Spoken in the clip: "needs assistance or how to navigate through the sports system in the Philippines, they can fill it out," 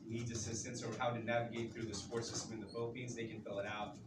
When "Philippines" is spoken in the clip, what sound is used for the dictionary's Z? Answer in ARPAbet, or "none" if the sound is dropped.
Z